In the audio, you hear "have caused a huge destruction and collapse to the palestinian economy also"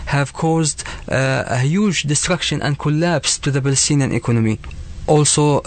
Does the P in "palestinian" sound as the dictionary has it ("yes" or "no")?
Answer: no